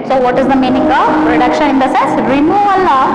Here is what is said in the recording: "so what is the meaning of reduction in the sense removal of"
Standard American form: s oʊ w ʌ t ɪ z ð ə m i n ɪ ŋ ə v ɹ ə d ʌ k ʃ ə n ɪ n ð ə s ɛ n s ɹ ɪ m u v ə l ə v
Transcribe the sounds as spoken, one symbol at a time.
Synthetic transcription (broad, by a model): s oʊ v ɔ t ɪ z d ə m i n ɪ ŋ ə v ɹ ə d ʌ k ʃ ə n ɪ n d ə s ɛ s ɹ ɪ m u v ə l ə